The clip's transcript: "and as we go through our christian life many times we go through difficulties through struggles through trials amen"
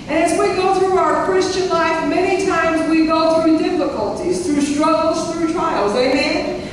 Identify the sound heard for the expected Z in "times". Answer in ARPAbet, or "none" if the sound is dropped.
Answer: Z